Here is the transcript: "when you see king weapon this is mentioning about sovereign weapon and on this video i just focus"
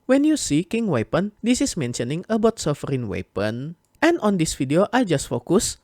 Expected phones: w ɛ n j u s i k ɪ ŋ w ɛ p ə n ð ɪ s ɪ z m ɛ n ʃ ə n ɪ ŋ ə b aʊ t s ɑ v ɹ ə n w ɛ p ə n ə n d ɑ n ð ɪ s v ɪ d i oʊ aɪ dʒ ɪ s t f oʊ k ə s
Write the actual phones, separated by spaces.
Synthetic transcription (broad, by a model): w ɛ n j u s i k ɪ ŋ w ɛ p ə n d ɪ s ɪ s m ɛ n ʃ ə n ɪ ŋ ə b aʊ t s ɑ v ɹ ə n w ɛ p ə n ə n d ɑ n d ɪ s f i d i oʊ aɪ dʒ ɪ s t f oʊ k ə s